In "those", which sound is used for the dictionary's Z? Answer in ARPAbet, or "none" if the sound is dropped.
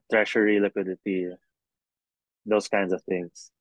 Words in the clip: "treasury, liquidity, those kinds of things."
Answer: S